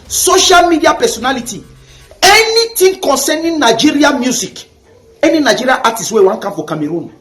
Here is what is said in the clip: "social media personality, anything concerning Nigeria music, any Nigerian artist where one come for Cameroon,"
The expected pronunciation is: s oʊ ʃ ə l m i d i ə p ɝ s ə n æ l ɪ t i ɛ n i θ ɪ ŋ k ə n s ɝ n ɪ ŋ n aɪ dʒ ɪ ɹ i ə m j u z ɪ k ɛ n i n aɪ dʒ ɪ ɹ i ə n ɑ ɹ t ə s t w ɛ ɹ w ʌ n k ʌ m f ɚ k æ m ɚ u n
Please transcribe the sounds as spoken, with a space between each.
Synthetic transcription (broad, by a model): s oʊ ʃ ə l m i d i ə p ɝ s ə n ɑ l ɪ t i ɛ n i t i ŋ k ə n s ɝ n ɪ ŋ n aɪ dʒ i ɹ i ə m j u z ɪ k ɛ n i n aɪ dʒ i ɹ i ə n ɑ t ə s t w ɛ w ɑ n k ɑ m f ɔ k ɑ m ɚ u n